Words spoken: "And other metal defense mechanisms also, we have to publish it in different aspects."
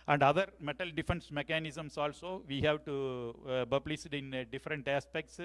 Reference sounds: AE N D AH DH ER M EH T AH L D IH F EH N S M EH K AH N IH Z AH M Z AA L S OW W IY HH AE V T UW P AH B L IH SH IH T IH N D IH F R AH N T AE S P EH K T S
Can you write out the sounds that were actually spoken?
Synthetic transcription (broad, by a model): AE N D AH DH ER M EH T AH L D IH F EH N S M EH K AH N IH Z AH M S AA L S OW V IY HH AE V T UW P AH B L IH S IH T IH N D IH F R AH N T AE S P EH K T S